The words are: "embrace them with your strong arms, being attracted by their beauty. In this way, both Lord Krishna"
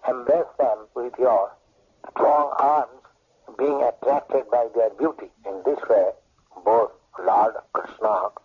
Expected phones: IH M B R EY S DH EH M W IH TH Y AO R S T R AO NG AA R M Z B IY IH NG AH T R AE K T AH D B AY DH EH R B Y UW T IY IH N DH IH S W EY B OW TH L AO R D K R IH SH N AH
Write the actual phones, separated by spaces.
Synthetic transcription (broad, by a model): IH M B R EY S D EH M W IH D Y AO R S T R AO NG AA R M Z B IY IH NG AH T R AE K T AH D B AY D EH R B Y UW T IY IH N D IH S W EY B OW T L AO R D K R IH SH N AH